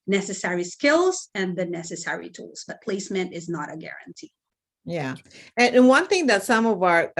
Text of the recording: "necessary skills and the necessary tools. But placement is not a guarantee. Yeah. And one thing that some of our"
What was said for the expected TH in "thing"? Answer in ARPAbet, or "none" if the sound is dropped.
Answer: TH